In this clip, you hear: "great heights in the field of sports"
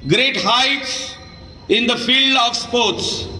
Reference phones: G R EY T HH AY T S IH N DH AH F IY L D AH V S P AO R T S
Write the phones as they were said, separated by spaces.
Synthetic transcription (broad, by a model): G R EY T HH AY T S IH N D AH F IY L D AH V S P AO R T S